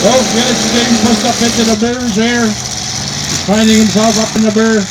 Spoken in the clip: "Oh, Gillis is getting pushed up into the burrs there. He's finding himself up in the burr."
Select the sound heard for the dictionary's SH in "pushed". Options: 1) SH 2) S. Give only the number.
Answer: 2